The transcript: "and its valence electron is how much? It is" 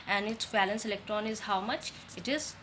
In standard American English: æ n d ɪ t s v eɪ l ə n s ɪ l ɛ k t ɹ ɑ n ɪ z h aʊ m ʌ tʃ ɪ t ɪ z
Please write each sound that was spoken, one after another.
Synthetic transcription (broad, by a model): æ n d ɪ t s b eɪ l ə n s ɪ l ɛ k t ɹ ɑ n ɪ z h aʊ m ʌ tʃ ɪ t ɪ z